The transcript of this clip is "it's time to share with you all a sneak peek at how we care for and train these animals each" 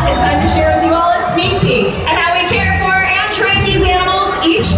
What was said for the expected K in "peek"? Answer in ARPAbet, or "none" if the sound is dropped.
none